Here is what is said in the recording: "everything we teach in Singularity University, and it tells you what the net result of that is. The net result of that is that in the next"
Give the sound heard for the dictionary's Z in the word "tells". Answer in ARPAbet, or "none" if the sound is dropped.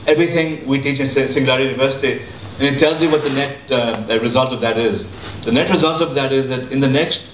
Z